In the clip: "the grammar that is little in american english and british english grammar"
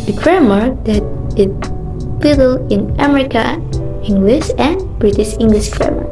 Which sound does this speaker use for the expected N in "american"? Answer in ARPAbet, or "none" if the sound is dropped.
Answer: none